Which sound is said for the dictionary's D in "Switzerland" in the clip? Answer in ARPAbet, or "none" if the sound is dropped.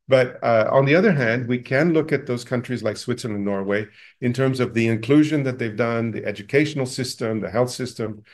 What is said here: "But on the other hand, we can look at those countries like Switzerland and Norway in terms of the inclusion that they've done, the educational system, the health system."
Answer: none